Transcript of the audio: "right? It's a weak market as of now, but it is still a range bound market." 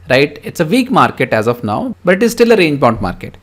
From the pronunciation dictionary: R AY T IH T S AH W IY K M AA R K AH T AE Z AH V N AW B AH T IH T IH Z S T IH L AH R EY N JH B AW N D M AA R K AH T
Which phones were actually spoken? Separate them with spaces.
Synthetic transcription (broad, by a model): R AY T IH T S AH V IY K M AA R K AH T AE Z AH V N AW B AH T IH T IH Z S T IH L AH R EY N JH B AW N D M AA R K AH T